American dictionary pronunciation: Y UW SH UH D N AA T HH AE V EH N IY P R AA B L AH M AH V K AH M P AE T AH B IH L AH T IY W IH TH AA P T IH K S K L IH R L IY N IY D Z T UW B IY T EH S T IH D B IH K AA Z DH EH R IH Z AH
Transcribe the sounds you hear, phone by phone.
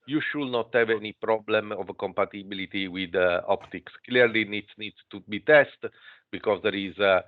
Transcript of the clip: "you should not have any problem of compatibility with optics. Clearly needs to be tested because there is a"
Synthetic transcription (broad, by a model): Y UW SH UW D N AA T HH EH V EH N IY P R AA B L AH M AH V K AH M P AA T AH B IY L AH T IY W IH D AA P T IH K S K L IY R L IY N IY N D T UW B IY T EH S T B IH K AA Z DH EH R IH Z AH